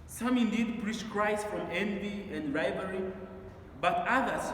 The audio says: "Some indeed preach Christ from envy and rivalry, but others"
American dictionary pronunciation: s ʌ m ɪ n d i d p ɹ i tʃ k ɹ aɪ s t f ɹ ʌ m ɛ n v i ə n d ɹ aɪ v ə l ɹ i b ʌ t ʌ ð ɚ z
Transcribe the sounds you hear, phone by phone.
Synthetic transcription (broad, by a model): s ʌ m ɪ n d i d p ɹ i tʃ k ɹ aɪ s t f ɹ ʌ m ɛ n v i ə n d ɹ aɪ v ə ɹ i b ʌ t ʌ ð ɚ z